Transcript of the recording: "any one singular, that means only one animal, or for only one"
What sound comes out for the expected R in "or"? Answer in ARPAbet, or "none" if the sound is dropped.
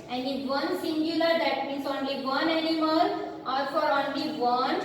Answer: L